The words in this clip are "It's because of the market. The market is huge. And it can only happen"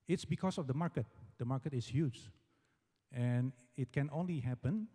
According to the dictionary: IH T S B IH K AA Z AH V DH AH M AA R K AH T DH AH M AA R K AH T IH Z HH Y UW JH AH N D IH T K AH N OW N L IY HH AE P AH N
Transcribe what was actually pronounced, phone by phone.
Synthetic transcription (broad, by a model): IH T S B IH K AA S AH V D AH M AA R K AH T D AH M AA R K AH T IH S HH Y UW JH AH N IH T K AH N OW N L IY HH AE P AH N